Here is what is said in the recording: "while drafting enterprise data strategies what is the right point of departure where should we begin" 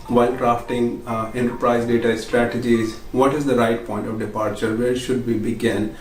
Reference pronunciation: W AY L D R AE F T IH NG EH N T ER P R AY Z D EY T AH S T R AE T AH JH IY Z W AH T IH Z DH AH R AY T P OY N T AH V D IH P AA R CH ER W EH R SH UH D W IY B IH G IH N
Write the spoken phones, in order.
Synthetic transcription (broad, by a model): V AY L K R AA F T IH NG EH N T ER P R AY Z D EY T AH S T R AE T AH JH IY Z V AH T IH Z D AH R AY T P OY N T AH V D IH P AA R CH ER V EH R SH UH D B IY B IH G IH N